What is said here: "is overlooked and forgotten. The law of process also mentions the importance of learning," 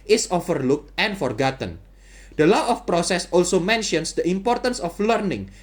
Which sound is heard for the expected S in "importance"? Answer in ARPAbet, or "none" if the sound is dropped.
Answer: S